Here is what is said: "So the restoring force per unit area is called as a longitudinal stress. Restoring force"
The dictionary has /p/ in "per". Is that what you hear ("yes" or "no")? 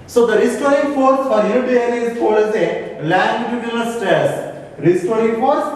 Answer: no